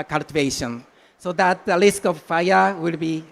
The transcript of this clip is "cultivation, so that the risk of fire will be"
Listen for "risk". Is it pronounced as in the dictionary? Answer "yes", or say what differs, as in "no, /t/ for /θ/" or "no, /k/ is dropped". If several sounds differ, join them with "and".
no, /l/ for /ɹ/